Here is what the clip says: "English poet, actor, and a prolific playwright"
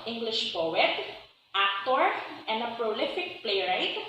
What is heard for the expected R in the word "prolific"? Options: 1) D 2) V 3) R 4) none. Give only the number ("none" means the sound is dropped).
3